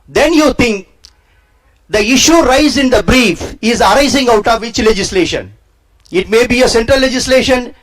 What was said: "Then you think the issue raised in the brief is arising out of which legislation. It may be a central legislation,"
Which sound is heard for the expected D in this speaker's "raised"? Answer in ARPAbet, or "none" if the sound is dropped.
none